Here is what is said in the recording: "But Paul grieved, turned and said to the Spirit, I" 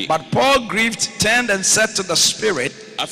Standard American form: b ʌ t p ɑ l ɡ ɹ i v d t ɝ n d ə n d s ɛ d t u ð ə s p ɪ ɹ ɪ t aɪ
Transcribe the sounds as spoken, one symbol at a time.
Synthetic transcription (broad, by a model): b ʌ t p ɑ l ɡ ɹ i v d t ɝ n d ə n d s ɛ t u ð ə s p ɪ ɹ ɪ t